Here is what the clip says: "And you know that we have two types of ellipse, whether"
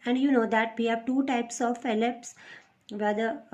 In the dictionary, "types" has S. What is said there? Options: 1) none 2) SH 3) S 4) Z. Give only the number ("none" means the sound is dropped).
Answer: 3